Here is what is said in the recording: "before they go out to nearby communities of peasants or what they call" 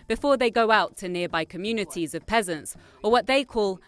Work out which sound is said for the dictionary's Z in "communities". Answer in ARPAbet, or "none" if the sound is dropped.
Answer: Z